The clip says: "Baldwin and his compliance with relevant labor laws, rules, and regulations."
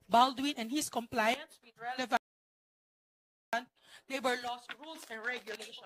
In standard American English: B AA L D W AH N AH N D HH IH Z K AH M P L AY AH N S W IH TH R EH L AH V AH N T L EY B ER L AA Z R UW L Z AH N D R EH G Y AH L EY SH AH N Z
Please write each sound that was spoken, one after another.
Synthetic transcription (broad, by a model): B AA L D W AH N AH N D HH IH S K AH M P L AY AH N S W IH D R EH L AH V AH N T L EY B ER L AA S R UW L S AH N D R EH G Y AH L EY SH